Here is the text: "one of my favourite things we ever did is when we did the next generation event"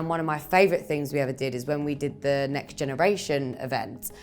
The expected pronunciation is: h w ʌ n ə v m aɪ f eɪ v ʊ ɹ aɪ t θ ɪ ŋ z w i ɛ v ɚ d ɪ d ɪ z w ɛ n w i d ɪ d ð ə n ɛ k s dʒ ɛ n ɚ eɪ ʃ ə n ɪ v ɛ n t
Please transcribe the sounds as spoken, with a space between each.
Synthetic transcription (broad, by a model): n w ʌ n ə v m aɪ f eɪ v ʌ ɹ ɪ t θ ɪ ŋ z w i ɛ v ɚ d ɪ d ɪ z w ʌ n w i d ɪ d ð ə n ɛ k s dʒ ɛ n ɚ eɪ ʃ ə n ɪ v ɛ n t